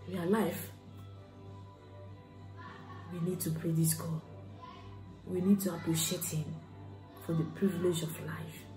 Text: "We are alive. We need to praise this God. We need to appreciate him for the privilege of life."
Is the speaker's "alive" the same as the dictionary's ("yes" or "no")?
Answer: no